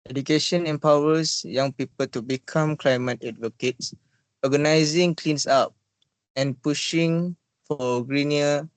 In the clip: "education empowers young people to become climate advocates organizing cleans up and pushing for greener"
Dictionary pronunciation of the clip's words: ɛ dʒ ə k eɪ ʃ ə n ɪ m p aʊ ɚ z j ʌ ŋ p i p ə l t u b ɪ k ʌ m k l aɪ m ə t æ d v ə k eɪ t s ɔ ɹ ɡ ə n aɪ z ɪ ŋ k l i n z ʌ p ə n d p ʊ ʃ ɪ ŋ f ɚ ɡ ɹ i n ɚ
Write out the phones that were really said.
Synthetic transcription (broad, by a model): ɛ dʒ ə k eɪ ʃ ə n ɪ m p aʊ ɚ s j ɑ ŋ p i p ə l t u b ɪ k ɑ m k l aɪ m ə t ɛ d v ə k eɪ t s ɔ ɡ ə n aɪ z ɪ ŋ k l i n s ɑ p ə n p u ʃ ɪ ŋ f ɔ ɡ ɹ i n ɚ